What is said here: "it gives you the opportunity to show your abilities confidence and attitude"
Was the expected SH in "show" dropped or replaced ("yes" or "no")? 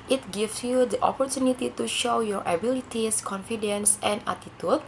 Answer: no